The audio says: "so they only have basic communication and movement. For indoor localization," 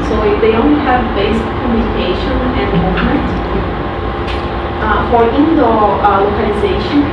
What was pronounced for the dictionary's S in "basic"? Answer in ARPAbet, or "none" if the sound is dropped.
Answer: none